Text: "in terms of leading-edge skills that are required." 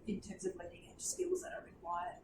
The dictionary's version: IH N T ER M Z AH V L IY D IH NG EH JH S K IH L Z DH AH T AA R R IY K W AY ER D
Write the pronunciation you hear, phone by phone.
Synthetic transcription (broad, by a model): IH N T ER M Z AH V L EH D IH NG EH S K IH L Z DH AH T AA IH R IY K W AY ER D